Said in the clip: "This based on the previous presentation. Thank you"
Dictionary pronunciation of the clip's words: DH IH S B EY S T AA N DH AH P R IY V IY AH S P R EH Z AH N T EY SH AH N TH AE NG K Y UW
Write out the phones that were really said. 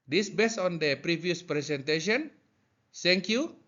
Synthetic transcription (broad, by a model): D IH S B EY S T AA N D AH P R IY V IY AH S P R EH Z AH N T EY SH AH N S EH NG K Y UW